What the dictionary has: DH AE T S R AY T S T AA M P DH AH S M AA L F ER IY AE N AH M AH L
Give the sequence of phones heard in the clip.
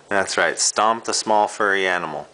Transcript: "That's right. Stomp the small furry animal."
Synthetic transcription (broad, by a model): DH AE T S R AY T S T AA M P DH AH S M AA L F ER IY AE N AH M L